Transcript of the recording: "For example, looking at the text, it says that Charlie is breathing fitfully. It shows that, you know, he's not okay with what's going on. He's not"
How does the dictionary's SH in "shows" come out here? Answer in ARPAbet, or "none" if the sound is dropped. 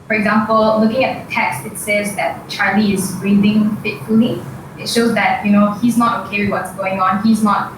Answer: SH